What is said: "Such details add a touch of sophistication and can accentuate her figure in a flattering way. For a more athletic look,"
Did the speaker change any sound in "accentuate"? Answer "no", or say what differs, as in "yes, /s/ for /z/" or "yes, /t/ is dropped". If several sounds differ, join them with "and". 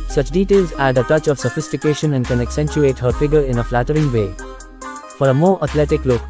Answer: no